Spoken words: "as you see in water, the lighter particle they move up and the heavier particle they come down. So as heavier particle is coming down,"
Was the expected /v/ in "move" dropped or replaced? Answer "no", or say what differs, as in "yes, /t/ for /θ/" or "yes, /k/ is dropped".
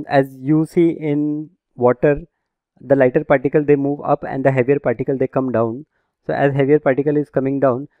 no